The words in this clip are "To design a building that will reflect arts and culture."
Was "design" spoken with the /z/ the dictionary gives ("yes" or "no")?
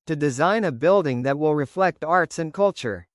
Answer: yes